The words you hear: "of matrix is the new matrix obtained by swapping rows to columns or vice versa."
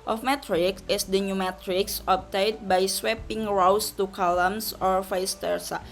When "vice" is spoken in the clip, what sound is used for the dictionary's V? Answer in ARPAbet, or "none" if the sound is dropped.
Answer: F